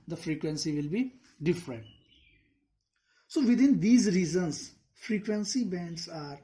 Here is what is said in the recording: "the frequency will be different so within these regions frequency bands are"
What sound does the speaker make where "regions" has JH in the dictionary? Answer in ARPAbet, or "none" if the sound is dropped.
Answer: Z